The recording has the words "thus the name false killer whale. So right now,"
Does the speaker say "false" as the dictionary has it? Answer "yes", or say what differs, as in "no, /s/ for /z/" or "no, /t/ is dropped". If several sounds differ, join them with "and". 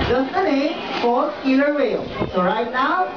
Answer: no, /l/ is dropped